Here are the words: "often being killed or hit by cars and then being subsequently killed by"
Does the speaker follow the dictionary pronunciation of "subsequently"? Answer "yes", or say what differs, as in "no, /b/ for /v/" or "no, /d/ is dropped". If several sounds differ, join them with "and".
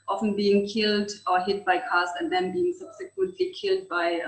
yes